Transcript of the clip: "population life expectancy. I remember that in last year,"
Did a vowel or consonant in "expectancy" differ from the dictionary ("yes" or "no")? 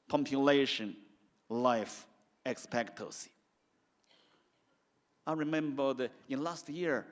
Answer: yes